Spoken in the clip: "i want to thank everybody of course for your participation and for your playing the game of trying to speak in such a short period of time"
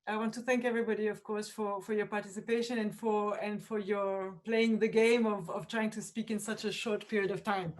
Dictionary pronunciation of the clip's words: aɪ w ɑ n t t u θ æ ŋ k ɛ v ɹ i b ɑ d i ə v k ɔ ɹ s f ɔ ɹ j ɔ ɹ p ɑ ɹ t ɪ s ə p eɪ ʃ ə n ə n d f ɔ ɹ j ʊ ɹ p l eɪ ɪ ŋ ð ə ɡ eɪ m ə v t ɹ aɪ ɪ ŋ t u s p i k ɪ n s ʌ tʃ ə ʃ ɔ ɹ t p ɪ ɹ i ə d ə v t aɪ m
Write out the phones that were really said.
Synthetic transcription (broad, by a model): aɪ w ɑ n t t u θ æ ŋ k ɛ v ɹ i b ɑ d i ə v k ɔ ɹ s f ɔ ɹ j ɔ ɹ p ɑ ɹ t ɪ s ə p eɪ ʃ ə n ə n d f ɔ ɹ j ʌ ɹ p l eɪ ɪ ŋ ð ə ɡ eɪ m ə v t ɹ aɪ ɪ ŋ t u s p i k ɪ n s ʌ tʃ ə ʃ ɔ ɹ t p ɪ ɹ i ə d ə v t aɪ m